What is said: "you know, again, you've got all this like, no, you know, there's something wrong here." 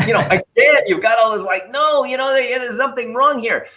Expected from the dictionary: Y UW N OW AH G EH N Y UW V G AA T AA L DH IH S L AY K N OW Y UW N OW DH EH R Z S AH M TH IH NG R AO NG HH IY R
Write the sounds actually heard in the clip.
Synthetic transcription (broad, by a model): Y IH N OW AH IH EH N Y UW V G AA T AA L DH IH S L AY K N OW Y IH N OW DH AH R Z S AH M TH IH NG R AO NG HH IY R